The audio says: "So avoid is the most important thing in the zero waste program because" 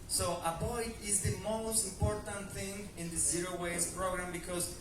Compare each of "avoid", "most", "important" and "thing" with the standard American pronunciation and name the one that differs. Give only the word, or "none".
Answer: avoid